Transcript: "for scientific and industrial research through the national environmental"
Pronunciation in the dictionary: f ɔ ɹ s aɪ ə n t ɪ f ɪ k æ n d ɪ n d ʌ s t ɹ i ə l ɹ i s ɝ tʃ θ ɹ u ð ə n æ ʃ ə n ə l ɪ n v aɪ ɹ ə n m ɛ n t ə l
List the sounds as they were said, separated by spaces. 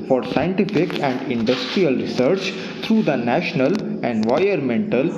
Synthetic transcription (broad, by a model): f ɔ ɹ s aɪ ə n t ɪ f ɪ k æ n d ɪ n d ʌ s t ɹ i ə l ɹ i s ɝ tʃ t ɹ u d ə n æ ʃ ə n ə l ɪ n v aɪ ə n m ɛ n t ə l